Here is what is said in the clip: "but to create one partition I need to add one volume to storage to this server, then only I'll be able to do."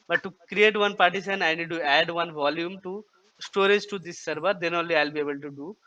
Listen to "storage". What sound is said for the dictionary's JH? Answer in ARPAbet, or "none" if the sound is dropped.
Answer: JH